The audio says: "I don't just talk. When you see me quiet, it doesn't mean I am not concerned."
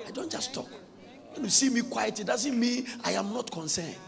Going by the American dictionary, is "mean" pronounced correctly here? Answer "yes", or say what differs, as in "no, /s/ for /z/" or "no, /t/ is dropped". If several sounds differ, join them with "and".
no, /n/ is dropped